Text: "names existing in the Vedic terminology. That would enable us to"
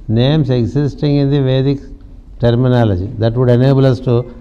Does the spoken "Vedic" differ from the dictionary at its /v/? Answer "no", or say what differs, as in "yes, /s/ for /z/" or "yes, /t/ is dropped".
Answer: no